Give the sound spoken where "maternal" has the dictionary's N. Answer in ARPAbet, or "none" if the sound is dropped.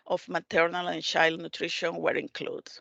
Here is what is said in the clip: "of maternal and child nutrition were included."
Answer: N